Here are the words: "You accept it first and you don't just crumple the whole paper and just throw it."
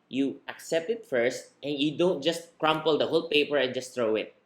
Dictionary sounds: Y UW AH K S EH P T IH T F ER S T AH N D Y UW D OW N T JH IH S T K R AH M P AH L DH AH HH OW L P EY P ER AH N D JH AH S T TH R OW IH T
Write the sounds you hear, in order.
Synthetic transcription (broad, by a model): Y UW AH K S EH P T IH T F ER S T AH N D Y UW D OW N T JH IH S T K R AH M P AH L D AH HH OW L P EY P ER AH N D JH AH S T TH R OW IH T